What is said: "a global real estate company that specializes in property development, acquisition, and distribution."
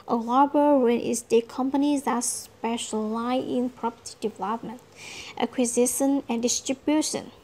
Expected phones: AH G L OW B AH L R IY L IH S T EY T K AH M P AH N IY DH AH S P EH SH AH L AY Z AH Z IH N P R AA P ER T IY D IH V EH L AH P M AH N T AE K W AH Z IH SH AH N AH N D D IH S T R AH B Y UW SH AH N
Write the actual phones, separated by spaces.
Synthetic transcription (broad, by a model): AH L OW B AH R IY N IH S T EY K AH M P AH N IY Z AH S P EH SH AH L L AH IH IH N P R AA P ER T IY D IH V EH L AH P M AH N T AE K W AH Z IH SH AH N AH N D D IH S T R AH B Y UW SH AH N